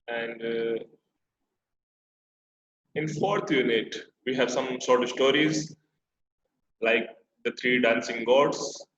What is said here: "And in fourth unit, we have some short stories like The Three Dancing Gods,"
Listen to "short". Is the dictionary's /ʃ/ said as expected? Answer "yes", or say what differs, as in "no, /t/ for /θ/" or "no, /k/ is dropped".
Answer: no, /s/ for /ʃ/